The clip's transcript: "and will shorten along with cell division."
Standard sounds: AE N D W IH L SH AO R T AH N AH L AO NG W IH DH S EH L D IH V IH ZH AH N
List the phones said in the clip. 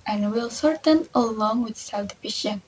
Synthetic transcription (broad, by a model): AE N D W IH L S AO R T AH N AH L AO NG W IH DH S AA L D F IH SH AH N